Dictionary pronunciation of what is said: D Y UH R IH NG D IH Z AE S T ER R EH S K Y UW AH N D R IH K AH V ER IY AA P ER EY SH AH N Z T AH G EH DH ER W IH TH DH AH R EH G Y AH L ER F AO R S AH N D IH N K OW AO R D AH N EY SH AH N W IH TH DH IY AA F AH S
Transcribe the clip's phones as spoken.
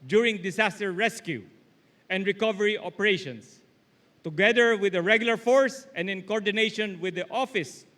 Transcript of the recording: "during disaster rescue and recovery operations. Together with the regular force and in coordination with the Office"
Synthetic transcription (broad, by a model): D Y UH R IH NG D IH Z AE S T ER R EH S K Y UW AH N D R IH K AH V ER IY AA P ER EY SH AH N S T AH G EH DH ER W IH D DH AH R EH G Y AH L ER F AO R S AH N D IH N K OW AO R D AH N EY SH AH N W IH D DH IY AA F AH S